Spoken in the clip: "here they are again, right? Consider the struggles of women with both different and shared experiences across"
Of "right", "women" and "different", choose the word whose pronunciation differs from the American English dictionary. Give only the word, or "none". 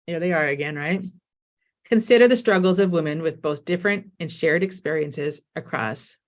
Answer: none